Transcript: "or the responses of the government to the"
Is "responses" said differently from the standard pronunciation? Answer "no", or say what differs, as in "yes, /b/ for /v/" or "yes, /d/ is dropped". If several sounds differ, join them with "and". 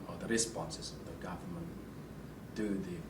no